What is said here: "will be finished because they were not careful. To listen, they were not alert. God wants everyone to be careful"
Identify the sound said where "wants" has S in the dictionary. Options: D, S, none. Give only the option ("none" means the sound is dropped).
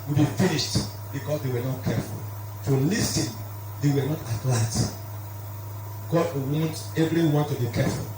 none